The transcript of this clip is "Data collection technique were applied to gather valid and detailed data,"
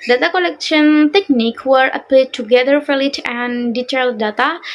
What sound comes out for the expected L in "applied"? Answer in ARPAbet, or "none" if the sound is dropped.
none